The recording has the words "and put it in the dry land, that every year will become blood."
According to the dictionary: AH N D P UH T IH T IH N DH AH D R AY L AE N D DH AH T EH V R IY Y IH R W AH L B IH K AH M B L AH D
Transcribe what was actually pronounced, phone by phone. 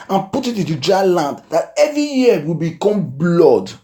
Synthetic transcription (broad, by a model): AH N P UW T IH T IH N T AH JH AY L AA N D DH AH T EH V R IY Y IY W AH L B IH K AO M B L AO D